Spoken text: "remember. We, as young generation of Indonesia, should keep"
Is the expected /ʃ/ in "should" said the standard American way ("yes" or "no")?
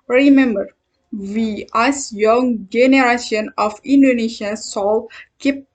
no